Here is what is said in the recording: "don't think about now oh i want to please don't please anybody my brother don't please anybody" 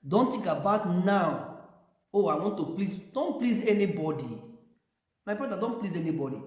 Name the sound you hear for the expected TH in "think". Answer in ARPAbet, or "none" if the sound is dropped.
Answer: T